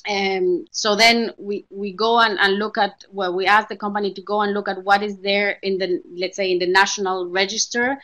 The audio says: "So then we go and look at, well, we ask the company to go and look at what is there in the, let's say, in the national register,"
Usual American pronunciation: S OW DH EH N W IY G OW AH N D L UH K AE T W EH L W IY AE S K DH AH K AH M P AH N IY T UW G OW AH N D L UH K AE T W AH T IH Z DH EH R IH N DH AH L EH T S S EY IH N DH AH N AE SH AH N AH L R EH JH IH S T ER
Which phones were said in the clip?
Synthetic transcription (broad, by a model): S OW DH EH N W IY G OW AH N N L UH K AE T W EH L W IY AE S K DH AH K AH M P AH N IY T UW G OW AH N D L UH K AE T W AH T IH Z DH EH R IH N DH AH L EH T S S EY IH N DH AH N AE SH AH N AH L R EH JH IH S T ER